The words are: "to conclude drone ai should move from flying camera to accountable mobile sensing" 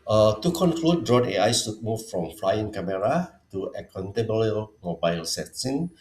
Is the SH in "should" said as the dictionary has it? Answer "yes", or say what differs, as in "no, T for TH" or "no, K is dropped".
no, S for SH